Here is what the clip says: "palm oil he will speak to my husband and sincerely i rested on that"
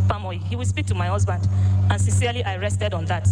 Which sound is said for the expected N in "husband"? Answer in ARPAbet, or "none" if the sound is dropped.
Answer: N